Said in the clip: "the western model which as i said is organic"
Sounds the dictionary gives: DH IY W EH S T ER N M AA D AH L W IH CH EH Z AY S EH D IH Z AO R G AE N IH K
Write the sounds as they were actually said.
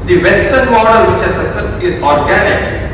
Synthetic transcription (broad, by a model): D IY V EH S T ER N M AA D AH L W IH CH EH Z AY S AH IH Z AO R G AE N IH K